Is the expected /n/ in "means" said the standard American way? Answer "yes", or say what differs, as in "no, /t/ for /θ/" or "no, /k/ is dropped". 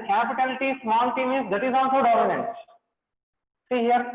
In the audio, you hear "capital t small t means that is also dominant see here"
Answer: no, /n/ is dropped